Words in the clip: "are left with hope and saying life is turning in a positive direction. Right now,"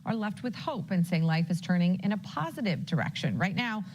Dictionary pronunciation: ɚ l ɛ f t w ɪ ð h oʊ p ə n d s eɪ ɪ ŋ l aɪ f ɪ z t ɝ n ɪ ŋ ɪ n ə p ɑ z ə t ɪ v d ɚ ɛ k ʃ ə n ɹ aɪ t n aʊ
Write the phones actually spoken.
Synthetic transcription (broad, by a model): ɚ l ɛ f t w ɪ ð h oʊ p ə n s eɪ ɪ ŋ l aɪ f ɪ z t ɝ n ɪ ŋ ɪ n ə p ɑ z ə t ɪ v d ɚ ɛ k ʃ ə n ɹ aɪ t n aʊ